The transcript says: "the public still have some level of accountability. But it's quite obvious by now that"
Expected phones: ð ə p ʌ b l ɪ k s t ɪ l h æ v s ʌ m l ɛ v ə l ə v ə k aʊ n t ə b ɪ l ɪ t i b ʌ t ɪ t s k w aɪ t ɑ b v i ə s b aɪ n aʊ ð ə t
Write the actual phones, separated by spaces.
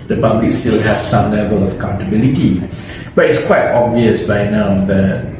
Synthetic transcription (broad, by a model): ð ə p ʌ b l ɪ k s t ɪ l h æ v s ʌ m l ɛ v ə l ə v ə k aʊ n t ə b ɪ l ɪ t i b ʌ t ɪ t s k w aɪ t ɑ b v i ə s b aɪ n aʊ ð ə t